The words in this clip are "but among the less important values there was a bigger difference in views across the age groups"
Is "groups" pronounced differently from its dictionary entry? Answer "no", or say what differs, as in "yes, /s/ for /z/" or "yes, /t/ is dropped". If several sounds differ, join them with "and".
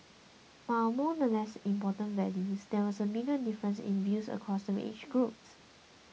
no